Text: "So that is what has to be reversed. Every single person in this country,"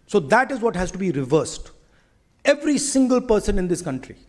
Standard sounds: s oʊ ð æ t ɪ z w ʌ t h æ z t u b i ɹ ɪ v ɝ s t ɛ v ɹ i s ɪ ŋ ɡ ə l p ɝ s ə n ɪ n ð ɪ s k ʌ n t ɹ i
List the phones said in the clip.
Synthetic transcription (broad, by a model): s oʊ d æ t ɪ z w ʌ t h æ z t u b i ɹ ɪ v ɝ s t ɛ v ɹ i s ɪ ŋ ɡ ə l p ɝ s ə n ɪ n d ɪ s k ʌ n t ɹ i